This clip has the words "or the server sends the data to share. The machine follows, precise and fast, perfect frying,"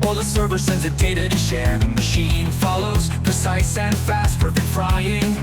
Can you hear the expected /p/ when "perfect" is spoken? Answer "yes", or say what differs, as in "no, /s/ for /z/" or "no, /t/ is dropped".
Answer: no, /f/ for /p/